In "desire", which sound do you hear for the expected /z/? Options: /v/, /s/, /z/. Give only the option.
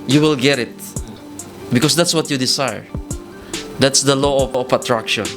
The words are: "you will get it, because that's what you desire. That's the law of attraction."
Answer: /s/